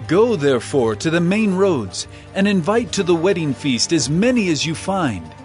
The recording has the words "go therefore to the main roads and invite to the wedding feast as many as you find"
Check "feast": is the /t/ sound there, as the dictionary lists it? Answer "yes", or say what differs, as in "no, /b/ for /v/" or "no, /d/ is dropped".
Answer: yes